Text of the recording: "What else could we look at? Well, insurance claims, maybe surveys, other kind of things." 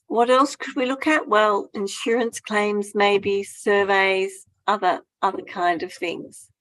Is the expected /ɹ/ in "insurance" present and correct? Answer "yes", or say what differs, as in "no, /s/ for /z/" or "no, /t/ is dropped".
yes